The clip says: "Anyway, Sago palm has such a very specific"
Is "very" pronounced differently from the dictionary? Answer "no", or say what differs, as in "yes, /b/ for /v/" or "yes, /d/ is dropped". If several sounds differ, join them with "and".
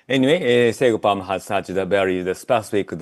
yes, /b/ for /v/